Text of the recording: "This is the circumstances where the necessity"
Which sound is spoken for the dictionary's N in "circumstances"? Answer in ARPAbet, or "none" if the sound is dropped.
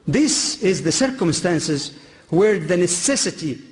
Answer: N